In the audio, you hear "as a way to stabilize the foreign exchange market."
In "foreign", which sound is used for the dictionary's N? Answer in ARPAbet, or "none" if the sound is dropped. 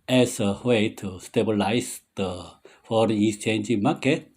none